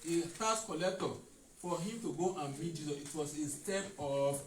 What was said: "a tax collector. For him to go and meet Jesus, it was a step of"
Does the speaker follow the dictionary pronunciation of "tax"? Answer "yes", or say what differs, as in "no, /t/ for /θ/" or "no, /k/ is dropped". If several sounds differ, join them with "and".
no, /k/ is dropped